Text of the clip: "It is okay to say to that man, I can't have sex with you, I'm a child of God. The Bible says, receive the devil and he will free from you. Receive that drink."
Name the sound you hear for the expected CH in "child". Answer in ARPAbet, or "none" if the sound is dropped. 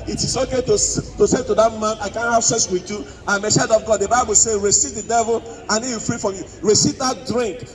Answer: S